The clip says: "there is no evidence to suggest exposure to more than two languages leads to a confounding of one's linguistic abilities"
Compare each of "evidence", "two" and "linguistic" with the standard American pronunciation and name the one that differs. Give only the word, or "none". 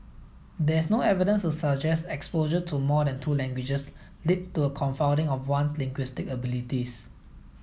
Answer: none